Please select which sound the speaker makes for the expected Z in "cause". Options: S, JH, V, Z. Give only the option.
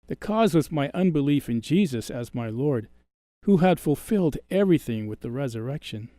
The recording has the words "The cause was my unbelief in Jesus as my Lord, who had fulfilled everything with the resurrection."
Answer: Z